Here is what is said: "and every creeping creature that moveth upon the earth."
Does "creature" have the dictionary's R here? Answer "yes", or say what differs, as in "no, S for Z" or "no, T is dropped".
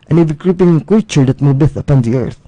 no, R is dropped